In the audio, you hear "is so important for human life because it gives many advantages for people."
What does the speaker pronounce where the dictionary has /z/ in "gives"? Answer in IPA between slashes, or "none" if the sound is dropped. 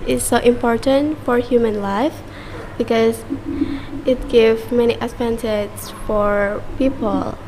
none